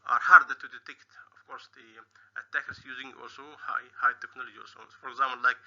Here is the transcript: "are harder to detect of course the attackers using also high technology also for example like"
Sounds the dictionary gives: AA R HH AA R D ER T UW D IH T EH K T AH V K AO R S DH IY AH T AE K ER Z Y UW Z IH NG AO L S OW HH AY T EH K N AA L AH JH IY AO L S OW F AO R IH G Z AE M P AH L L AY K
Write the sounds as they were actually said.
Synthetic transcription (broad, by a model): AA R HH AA R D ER T UW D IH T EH K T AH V K AO R S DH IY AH T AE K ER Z Y UW Z IH NG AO L S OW HH AY T EH K N AA L AH JH IY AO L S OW F AO R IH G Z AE M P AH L L AY K